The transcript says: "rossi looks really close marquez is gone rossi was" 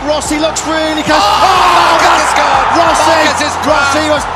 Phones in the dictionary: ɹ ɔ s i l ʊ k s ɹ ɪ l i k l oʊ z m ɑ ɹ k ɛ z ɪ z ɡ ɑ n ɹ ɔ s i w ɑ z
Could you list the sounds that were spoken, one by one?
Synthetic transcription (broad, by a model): ɹ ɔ s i l ʊ k s ɹ ɪ l i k oʊ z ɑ ɹ ɔ s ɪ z ɹ ɔ s i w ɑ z